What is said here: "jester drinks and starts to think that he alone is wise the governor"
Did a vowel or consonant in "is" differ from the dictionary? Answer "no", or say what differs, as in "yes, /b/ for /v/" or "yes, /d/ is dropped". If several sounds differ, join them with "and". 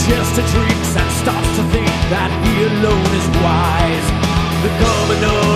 no